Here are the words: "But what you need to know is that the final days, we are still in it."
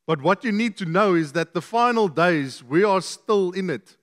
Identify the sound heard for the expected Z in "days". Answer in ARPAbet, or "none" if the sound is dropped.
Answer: Z